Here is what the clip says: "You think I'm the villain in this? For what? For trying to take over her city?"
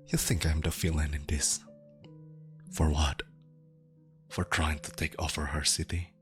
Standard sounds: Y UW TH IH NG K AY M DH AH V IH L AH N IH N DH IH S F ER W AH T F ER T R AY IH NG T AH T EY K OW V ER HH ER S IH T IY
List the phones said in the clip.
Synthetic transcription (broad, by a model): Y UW TH IH NG K AY M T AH F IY L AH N IH N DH IH S F ER W AH T F ER T R AY IH NG T AH T EY K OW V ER HH ER S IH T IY